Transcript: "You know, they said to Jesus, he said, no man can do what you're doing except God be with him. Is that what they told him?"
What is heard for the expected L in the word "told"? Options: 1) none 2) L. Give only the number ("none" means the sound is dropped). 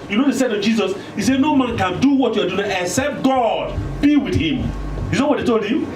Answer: 2